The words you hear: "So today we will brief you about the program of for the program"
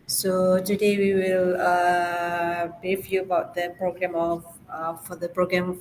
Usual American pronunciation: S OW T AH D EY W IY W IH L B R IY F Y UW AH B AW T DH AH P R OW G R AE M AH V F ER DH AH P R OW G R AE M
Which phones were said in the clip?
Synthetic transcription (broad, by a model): S OW T AH D EY W IY W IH L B IY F Y UW AH B AW T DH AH P R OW G R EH M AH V F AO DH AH P R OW G R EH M